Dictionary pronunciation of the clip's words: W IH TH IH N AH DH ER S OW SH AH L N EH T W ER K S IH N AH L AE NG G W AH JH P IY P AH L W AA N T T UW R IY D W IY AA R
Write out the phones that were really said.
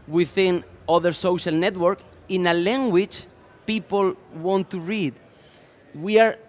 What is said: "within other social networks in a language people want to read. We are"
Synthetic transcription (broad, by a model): W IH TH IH N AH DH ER S OW SH AH L N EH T W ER K IH N AH L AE NG G W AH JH P IY P AH L W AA N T T UW R IY D W IY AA R